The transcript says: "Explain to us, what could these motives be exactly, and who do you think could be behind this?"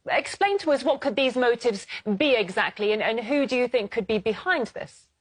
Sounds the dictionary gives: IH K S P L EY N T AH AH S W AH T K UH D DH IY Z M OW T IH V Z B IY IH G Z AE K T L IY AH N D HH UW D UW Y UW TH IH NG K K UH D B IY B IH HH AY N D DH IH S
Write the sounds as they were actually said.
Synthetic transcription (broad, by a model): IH K S P L EY N T AH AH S W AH T K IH D DH IY Z M OW T IH V Z B IY IH G Z AE K T L IY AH N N HH UW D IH Y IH TH IH NG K K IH D B IY B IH HH AY N DH IH S